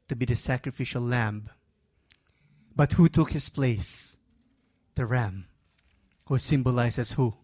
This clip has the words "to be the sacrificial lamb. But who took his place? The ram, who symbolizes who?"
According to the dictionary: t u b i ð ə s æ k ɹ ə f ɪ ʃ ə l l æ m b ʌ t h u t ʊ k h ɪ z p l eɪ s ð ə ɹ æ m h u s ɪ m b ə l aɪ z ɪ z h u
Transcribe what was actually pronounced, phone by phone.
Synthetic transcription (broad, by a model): t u b i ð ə s æ k ɹ ə f ɪ ʃ ə l l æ m b ʌ t h u t ʊ k h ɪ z p l eɪ s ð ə ɹ æ m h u s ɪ m b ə l aɪ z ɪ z h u